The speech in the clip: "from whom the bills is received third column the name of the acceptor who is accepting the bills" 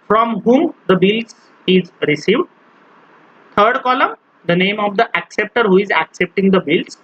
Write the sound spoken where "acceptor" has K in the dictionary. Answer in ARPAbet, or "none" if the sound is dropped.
K